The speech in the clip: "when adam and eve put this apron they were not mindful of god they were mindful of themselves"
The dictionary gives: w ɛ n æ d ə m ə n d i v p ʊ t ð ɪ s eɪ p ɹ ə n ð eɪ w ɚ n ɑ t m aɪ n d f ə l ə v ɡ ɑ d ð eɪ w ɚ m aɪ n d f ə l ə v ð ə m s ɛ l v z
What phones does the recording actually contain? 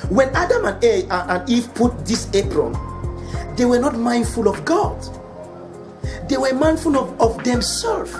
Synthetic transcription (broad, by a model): w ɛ n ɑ d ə m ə n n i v p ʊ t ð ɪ s eɪ p ɹ ə n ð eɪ w ɚ n ɑ t m aɪ n d f ə l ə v ɡ ɑ d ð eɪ w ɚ m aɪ n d f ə l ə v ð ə m s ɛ l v